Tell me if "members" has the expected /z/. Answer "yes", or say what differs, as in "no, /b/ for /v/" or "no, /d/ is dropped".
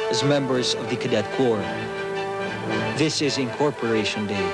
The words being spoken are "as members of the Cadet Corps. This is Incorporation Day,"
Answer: yes